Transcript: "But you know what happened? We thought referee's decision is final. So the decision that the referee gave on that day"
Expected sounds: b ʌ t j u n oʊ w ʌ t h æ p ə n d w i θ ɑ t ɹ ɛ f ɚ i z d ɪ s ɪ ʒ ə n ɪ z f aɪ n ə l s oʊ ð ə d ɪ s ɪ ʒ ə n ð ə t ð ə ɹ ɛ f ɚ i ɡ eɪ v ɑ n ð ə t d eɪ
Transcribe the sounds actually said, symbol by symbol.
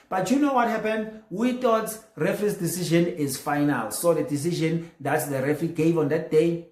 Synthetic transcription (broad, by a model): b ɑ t j u n oʊ w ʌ t h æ p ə n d w i t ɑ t ɹ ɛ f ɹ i s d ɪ s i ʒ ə n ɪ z f aɪ n ə l s oʊ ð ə d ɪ s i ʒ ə n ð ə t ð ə ɹ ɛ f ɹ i ɡ eɪ v ɑ n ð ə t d eɪ